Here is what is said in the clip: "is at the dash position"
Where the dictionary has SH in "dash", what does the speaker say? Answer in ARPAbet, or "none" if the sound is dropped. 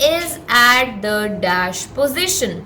SH